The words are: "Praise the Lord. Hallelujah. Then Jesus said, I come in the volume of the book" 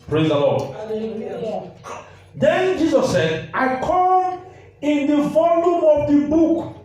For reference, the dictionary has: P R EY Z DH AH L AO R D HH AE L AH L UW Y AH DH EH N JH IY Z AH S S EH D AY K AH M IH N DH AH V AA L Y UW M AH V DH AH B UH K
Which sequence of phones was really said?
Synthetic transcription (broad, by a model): P R EY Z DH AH L AO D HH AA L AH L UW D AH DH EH N JH IY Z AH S S EH D AY K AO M IH N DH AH F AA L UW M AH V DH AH B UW K